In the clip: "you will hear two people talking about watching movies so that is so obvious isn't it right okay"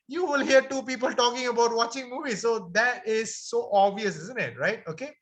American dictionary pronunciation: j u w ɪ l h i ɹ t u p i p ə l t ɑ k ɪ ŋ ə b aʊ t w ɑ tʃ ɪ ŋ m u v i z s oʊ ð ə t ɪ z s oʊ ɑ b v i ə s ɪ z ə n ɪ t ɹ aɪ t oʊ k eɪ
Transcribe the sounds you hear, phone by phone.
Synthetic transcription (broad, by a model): j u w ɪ l h i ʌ t u p i p ə l t ɑ k ɪ ŋ ə b aʊ t w ɑ tʃ ɪ ŋ m u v i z s oʊ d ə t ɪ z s oʊ ɑ b v i ə s ɪ z ə n ɪ t ɹ aɪ t oʊ k eɪ